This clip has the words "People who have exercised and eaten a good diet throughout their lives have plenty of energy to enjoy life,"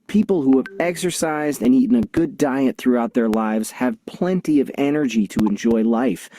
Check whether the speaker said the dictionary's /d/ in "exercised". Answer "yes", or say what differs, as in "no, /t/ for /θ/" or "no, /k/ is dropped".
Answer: yes